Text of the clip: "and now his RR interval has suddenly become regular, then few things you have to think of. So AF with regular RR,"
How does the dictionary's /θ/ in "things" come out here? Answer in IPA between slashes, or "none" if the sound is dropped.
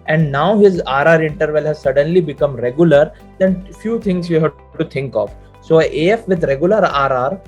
/t/